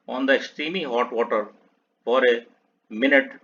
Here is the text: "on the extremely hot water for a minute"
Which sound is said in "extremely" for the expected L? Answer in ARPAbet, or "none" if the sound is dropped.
none